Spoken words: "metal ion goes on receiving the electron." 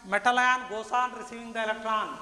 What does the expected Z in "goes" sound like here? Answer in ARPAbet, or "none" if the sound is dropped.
S